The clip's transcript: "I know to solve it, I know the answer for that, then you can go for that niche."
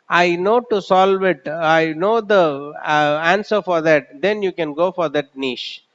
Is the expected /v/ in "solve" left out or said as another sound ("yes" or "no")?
no